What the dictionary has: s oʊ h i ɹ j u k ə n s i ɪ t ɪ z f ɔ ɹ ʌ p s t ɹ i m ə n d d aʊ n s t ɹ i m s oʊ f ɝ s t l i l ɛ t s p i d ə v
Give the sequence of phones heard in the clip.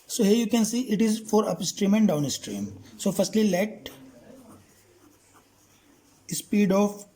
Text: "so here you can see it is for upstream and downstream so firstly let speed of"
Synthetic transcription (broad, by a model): s oʊ h i ɹ j u k ə n s i ɪ t ɪ z f ɔ ɹ ʌ p s t ɹ i m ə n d d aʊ n s t ɹ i m s oʊ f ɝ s t l i l ɛ t s p i d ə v